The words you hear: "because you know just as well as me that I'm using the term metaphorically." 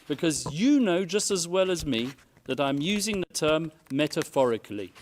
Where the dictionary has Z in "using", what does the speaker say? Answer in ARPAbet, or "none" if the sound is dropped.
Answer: Z